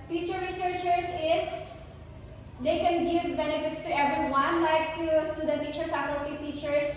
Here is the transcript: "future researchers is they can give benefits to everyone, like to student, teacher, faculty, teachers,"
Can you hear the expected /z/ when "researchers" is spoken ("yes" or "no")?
no